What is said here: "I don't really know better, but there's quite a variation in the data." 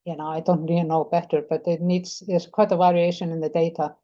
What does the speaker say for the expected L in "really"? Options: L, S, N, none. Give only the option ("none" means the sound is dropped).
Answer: none